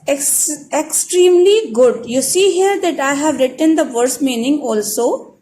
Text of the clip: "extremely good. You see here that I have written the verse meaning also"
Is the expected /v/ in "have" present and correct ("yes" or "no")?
yes